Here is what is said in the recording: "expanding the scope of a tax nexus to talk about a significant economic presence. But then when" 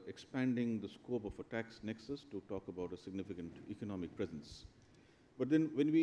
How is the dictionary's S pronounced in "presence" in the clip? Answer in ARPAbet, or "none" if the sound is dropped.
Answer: S